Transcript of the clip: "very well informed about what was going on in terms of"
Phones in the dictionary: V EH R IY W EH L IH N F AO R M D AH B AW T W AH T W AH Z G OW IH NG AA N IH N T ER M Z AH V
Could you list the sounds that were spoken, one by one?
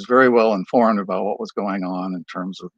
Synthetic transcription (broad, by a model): V EH R IY W EH L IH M F AO R M D AH B AW T W AH T W AH Z G OW IH NG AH N IH N T ER M Z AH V